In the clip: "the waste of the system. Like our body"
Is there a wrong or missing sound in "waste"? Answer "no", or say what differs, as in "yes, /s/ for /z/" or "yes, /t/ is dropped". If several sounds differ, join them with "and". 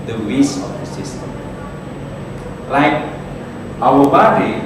yes, /t/ is dropped